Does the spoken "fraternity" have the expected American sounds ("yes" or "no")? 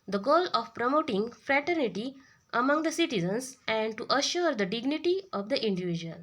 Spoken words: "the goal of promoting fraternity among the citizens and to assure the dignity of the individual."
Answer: yes